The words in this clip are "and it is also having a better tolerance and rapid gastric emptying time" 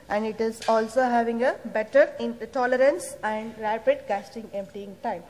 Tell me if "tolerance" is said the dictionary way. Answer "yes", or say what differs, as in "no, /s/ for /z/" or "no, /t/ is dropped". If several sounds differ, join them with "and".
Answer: yes